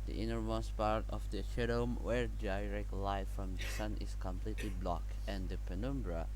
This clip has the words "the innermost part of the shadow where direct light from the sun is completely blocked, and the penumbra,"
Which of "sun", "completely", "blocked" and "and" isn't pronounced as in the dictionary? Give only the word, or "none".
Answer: blocked